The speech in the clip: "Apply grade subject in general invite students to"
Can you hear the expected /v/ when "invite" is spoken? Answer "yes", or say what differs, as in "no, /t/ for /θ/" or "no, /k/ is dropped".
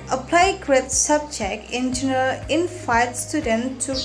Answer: no, /f/ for /v/